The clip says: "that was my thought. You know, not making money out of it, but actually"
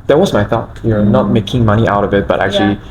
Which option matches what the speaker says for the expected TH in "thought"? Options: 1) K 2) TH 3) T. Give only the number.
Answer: 2